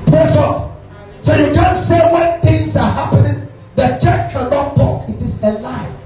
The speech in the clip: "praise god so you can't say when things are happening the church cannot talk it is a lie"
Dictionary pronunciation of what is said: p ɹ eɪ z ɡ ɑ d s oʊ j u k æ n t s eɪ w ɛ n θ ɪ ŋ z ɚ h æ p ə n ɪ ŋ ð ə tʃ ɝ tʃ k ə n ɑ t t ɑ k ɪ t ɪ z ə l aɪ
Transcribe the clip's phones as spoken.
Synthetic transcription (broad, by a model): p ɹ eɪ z ɡ ɑ d s oʊ j u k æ n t s eɪ w ɛ n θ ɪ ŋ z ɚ h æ p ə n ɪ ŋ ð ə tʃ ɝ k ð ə l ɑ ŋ t ɑ k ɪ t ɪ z ə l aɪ